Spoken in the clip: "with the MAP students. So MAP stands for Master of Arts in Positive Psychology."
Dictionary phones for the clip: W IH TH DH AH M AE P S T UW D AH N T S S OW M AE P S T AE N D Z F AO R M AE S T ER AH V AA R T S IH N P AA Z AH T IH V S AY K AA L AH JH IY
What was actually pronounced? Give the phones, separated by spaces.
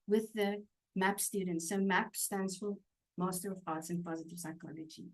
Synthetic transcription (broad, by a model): W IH DH AH M AE P S T UW D N T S S OW M AE P S T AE N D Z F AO L M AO S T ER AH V AA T S IH N P AA Z AH T IH V S AY K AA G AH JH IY